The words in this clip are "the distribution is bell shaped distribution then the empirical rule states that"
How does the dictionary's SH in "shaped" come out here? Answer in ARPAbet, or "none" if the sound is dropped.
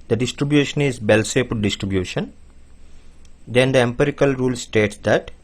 S